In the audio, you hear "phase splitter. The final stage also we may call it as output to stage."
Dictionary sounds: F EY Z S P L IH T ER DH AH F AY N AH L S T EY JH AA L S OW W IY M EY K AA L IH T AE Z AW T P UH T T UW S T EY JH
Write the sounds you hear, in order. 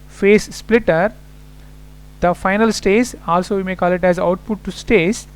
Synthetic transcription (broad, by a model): F EY S P L IH T ER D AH F AY N AH L S T EY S AA L S OW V IY M EY K AA L IH T AE Z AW T P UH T T UW S T EY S